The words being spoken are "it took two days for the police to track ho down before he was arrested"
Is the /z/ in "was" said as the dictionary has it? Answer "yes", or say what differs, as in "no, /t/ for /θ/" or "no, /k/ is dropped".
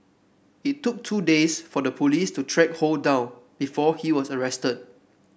no, /s/ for /z/